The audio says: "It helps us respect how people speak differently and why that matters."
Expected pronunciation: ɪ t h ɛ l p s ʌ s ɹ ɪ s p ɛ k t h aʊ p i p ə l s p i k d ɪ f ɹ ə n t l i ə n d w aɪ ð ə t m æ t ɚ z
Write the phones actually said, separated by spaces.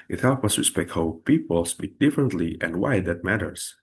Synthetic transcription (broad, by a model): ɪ t h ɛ l p ʌ s ɹ ɪ s p ɛ k t h aʊ p i p ə l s b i d ɪ f ɹ ə n t l i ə n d w aɪ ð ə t m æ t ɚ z